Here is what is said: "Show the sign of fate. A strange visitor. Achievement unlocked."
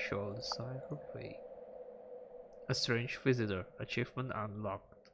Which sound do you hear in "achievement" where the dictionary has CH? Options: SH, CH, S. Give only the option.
CH